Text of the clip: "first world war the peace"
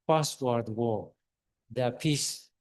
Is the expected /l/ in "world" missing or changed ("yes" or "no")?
yes